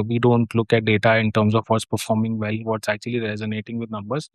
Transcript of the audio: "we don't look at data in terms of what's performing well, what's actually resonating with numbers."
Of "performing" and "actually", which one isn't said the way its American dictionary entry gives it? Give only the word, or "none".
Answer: none